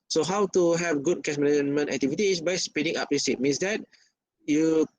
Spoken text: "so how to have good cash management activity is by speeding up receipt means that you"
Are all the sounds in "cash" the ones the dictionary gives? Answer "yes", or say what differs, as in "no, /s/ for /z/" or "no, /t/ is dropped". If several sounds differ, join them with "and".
no, /s/ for /ʃ/